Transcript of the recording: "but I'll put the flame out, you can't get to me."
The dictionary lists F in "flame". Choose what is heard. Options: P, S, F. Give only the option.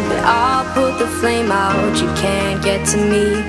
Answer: F